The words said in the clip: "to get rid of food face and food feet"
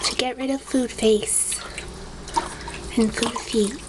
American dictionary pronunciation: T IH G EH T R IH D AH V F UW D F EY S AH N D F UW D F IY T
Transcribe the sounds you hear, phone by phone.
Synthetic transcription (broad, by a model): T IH G EH T R IH D AH V F UW D F EY S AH N F UW D F IY T